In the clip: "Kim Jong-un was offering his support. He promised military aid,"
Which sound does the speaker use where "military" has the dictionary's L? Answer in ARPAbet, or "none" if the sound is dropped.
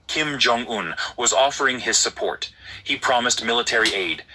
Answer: L